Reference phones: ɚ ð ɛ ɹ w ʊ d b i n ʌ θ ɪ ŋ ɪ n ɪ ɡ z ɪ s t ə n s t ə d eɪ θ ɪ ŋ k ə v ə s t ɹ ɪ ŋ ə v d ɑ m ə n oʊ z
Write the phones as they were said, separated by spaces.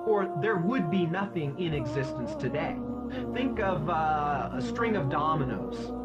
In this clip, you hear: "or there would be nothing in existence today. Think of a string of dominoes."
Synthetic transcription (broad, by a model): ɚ ð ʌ ɹ w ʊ d b i n ʌ θ ɪ ŋ ɪ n ɪ ɡ z ɪ s t ə n s t ə d eɪ θ ɪ ŋ k ə v ə s t ɹ ɪ ŋ ə v d ɑ m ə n oʊ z